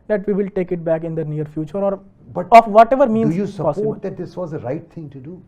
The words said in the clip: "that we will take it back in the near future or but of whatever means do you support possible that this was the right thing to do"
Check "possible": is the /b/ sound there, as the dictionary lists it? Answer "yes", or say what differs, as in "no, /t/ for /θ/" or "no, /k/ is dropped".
no, /b/ is dropped